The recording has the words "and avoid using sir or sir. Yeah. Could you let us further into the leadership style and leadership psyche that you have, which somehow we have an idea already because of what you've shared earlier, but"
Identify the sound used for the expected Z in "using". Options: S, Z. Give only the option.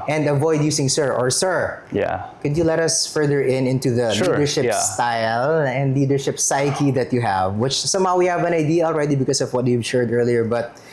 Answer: S